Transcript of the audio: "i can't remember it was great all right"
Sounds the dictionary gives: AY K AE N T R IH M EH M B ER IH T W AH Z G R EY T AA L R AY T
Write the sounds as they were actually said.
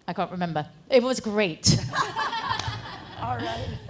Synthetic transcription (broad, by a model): AY K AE N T R IH M EH M B ER IH T W AH Z G R EY IH T